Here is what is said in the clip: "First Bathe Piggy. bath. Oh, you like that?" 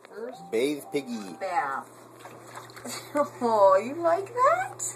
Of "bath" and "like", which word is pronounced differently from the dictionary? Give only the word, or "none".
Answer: bath